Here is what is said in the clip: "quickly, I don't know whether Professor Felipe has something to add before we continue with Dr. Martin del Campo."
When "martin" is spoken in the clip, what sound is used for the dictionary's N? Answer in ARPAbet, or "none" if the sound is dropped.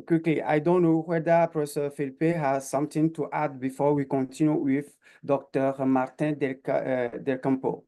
L